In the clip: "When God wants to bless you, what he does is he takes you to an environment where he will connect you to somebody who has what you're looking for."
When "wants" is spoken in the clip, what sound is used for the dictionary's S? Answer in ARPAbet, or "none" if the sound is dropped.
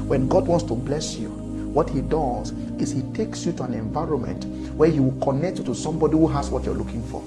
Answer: S